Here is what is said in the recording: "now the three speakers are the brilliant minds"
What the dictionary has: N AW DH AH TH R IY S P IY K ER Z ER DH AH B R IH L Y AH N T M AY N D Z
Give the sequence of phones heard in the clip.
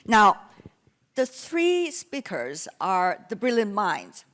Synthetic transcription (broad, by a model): N AW DH AH TH R IY S P IY K ER Z ER DH AH B R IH L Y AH N M AY N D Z